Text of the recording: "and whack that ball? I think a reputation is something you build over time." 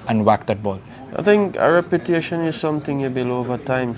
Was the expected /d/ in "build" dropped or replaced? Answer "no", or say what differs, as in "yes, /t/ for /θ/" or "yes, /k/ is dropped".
yes, /d/ is dropped